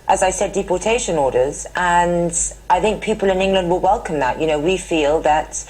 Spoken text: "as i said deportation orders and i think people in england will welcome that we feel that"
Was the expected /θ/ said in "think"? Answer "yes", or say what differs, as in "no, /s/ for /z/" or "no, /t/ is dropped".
yes